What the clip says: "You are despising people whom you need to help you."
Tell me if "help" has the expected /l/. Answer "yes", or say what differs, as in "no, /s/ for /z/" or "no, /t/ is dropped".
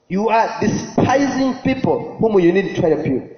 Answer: no, /l/ is dropped